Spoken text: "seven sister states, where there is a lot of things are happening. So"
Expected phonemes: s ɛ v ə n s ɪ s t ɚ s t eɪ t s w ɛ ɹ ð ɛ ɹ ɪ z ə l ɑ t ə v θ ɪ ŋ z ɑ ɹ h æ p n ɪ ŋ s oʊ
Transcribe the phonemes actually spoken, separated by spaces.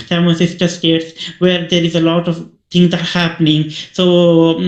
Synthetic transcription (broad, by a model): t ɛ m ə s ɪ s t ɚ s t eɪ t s w ɛ ɹ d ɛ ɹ ɪ z ə l ɑ t ə v t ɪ ŋ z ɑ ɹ h æ p n ɪ ŋ s oʊ